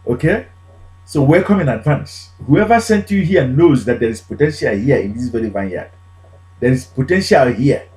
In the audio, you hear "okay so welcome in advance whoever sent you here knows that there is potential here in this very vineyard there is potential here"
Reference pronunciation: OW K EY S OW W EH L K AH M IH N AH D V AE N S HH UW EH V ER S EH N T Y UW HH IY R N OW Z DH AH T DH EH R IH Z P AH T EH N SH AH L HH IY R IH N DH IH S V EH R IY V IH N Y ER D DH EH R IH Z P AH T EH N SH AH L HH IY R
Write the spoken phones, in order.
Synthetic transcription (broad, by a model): OW K EY S OW W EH K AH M IH N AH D V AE N S HH UW EH V ER S EH N T Y UW HH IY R N OW Z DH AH T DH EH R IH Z P AH T EH N SH AH L HH IY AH IH N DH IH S V EH R IY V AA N Y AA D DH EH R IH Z P AH T EH N SH AH L HH IY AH